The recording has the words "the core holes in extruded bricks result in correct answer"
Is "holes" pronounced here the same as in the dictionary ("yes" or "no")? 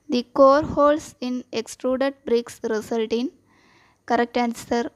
no